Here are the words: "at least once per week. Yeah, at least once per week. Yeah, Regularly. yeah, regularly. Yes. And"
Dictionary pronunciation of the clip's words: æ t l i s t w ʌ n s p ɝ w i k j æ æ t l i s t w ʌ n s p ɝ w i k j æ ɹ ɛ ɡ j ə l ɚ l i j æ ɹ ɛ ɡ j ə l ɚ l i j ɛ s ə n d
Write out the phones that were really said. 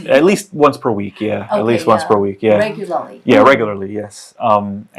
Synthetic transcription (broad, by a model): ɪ t l i s t w ʌ n s p ɝ w i k j æ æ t l i s t w ʌ n s p ɝ w i k j æ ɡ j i j æ ɹ ɛ ɡ j l ɚ l i j ɛ s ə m